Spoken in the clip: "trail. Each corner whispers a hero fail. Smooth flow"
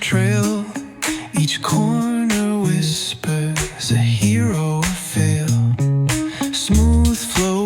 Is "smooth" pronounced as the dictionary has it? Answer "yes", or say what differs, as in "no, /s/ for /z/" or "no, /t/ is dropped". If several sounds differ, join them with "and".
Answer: yes